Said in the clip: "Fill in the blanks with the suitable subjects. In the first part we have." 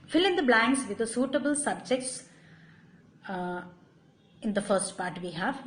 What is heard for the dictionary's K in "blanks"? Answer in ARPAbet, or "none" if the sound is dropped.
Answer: none